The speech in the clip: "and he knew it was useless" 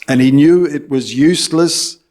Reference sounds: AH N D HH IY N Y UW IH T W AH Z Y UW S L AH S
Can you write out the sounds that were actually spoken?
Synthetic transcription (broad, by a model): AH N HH IY N Y UW IH T W AH Z Y UW S L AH S